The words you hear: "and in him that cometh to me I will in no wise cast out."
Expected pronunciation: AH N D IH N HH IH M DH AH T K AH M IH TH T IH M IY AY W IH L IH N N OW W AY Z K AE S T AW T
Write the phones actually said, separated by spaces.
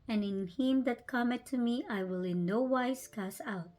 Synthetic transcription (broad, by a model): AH N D IH N HH IH M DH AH T K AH M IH T IH M IY AY W IH L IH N N OW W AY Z K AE S AW T